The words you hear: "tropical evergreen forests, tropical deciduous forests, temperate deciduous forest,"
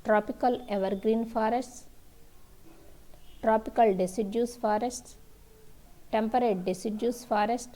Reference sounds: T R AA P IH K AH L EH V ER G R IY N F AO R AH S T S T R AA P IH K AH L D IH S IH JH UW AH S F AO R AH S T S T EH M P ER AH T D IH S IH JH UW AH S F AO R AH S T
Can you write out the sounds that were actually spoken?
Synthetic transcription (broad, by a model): T R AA P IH K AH L EH V ER G R IY N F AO R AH S T S T R AA P IH K AH L D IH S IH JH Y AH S F AO R AH S T S T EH M P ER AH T D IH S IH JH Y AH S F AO R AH S T